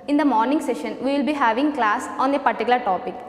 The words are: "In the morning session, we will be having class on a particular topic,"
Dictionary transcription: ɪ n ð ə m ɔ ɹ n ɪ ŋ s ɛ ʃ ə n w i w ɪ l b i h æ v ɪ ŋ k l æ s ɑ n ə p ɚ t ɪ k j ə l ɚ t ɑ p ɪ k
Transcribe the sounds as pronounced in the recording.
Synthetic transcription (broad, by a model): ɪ n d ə m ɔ ɹ n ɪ ŋ s ɛ ʃ ə n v i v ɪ l b i h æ v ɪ ŋ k l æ s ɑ n ə p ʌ t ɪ k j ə l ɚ t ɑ p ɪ k